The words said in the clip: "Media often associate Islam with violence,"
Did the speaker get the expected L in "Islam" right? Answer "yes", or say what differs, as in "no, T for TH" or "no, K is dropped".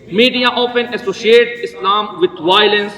yes